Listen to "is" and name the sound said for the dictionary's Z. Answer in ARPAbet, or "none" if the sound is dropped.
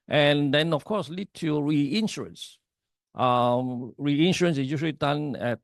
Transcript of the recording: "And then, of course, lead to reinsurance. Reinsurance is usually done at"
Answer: S